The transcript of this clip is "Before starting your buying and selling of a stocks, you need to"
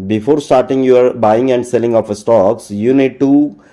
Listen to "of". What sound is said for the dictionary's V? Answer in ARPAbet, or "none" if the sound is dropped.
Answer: P